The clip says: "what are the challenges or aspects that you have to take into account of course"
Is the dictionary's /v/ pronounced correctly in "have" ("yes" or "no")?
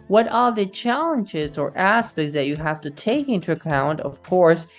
no